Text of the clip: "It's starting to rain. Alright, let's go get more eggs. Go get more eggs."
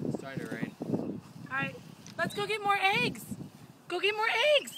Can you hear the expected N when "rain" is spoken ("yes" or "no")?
no